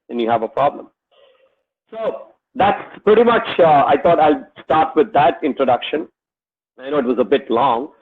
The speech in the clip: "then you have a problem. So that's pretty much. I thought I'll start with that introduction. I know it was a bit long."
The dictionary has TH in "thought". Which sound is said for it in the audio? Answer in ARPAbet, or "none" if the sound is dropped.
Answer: T